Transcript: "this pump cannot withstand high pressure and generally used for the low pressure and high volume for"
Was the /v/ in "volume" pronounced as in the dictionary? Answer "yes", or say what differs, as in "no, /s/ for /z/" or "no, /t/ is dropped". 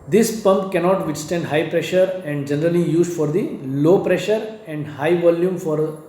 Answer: yes